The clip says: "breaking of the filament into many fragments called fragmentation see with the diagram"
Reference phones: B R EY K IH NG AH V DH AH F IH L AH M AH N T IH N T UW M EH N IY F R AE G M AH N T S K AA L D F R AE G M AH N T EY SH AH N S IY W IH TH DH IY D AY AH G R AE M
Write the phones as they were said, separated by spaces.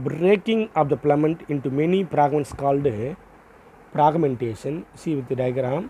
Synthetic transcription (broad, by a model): B R EY K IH NG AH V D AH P L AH M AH N T IH N T UW M EH N IY P R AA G M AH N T S K AA L D P R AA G M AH N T EY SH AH N S IY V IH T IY D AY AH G R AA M